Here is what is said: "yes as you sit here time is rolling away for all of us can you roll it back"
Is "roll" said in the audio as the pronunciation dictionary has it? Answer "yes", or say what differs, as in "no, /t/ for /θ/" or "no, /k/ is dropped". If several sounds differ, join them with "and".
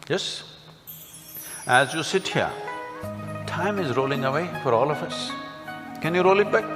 yes